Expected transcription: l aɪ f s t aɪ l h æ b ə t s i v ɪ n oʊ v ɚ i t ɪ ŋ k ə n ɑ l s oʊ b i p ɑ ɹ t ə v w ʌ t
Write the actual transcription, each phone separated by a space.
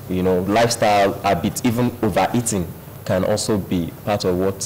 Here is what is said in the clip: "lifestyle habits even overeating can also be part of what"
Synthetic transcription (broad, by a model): l aɪ f s t aɪ l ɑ b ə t i v ɪ n oʊ v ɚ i t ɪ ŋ k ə n ɑ l s oʊ b i p ɑ t ə v w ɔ t